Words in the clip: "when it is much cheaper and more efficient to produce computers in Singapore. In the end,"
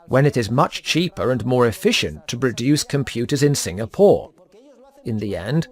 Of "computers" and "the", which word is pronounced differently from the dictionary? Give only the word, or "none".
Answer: none